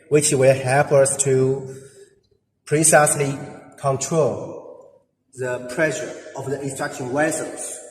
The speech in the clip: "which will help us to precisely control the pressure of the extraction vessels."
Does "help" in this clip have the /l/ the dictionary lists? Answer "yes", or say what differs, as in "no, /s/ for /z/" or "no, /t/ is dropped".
no, /l/ is dropped